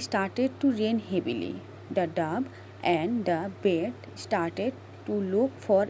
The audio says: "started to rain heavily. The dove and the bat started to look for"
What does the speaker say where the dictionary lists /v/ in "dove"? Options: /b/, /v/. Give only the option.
/b/